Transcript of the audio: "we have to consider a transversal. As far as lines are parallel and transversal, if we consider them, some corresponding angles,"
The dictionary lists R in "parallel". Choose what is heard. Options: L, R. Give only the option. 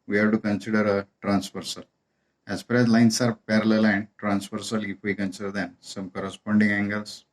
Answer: R